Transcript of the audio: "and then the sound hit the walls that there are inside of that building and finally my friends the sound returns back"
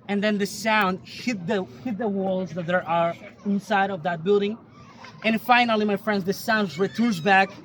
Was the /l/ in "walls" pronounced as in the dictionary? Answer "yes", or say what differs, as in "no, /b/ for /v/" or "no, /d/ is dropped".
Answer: yes